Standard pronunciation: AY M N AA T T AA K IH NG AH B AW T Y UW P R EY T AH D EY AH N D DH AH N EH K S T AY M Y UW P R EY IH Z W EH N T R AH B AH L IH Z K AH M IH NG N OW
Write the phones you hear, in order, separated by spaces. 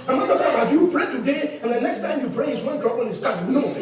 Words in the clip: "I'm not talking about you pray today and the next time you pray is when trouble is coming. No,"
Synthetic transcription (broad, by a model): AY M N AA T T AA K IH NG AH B AW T Y UW P R EY T AH D EY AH N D DH AH N EH K S T AY M Y UW P R EY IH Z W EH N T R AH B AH N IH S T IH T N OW